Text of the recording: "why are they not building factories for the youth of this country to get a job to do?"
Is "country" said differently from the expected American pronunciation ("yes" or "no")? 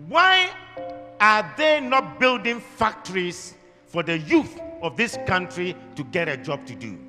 no